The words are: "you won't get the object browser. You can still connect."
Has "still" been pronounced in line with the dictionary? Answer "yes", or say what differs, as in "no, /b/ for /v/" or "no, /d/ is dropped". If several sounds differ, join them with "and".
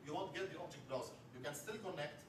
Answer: yes